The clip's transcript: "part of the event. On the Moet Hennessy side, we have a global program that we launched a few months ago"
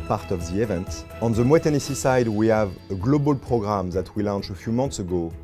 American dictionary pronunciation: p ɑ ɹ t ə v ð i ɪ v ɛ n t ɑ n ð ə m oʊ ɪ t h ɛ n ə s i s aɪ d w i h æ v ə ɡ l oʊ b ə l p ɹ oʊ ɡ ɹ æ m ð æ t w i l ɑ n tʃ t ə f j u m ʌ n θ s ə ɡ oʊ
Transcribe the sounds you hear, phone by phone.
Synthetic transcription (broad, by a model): p ɑ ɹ t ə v ð i ɪ v ɛ n t ɑ n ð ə m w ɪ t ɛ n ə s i s aɪ d w i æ v ə ɡ l oʊ b ə l p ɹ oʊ ɡ ɹ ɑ m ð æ t w i l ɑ n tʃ ə f j u m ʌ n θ s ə ɡ oʊ